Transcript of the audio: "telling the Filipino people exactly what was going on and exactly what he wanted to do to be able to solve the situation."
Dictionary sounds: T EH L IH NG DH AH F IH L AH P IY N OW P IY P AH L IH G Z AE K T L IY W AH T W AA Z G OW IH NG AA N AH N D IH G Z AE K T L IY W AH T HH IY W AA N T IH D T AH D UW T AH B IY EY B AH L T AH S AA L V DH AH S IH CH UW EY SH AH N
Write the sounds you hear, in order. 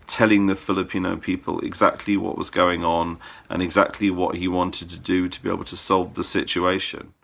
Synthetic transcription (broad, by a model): T EH L IH NG DH AH F IH L AH P IY N OW P IY P AH L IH G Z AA K T L IY W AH T W AA Z G OW IH NG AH N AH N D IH G Z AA K T L IY W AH T HH IY W AA N T IH D T AH D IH T AH B IY EY B AH L T AH S AA L V DH AH S IH CH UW EY SH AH N